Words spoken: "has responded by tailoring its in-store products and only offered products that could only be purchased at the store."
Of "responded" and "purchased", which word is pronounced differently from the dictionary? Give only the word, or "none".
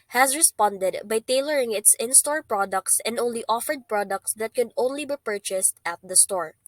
none